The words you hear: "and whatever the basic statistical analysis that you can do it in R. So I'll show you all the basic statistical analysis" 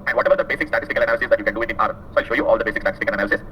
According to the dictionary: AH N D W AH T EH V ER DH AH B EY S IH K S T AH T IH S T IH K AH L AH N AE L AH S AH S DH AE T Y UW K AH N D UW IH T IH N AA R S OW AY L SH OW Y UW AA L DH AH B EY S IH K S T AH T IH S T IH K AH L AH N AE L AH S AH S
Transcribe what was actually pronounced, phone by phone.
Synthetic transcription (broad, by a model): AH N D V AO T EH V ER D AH B EY S IH K S T AH T IH S T IH K AH L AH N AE L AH S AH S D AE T Y UW K AH N D UW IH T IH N AA R S OW AY L SH OW Y UW AA L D AH B EY S IH K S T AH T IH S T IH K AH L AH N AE L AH S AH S